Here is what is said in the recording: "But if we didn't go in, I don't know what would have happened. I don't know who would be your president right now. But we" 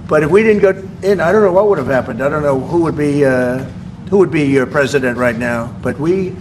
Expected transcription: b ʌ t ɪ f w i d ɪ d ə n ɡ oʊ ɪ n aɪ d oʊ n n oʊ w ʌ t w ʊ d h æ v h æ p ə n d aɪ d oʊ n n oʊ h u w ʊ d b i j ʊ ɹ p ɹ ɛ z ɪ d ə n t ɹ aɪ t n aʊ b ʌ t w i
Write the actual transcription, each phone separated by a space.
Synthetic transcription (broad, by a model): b ʌ t ɪ f w i d ɪ d n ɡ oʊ ɪ n aɪ d oʊ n n oʊ w ʌ t w ʊ d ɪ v h æ p ə n d aɪ d oʊ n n oʊ h u w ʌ d b i j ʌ ɹ p ɹ ɛ z ɪ d ə n t ɹ aɪ t n aʊ b ʌ t w i